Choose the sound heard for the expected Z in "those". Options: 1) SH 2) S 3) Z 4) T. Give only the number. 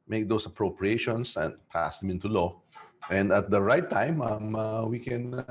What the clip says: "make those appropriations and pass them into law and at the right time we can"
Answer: 2